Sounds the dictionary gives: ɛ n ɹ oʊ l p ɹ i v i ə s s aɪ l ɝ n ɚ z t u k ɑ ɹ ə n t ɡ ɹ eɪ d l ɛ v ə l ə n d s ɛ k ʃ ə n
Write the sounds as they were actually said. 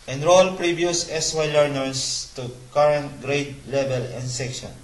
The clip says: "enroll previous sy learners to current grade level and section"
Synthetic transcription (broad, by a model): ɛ n ɹ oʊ l p ɹ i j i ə s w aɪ l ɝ n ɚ s t u k ɑ ɹ ə n t ɡ ɹ eɪ d l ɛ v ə l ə n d s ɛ k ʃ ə n